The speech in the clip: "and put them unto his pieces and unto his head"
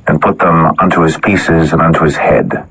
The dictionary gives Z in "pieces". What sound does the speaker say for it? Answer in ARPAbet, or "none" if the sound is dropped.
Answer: Z